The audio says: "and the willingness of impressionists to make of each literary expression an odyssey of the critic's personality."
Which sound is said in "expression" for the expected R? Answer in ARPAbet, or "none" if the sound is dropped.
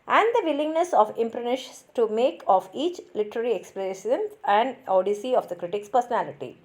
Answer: L